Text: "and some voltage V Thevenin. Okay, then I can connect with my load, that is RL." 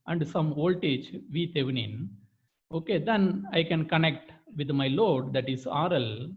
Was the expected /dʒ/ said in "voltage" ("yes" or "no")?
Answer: no